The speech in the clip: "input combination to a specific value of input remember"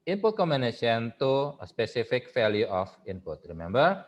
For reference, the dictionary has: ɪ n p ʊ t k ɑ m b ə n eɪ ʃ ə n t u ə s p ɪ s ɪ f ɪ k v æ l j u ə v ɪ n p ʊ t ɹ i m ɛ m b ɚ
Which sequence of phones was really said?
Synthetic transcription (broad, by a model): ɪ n p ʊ t k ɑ m ə n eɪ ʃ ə n t u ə s p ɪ s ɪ f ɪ k f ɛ l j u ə f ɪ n p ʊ t ɹ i m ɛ m b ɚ